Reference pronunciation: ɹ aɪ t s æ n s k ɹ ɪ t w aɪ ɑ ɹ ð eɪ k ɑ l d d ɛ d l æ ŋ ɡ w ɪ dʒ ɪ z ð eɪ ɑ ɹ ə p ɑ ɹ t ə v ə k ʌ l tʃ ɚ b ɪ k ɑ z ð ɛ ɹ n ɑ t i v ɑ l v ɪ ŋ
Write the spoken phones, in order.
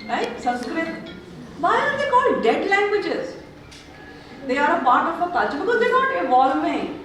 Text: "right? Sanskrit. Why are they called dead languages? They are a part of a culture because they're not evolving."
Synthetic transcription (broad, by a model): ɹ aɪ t s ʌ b s k ɹ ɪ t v aɪ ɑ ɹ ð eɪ k ɑ l d d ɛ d l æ ŋ ɡ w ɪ dʒ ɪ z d eɪ ɑ ɹ ə p ɑ ɹ t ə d ə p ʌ tʃ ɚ b ɪ k ɑ z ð ɛ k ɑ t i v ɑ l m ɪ